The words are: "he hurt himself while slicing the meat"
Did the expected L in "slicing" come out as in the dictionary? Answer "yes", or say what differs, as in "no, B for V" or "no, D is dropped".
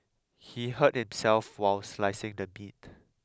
yes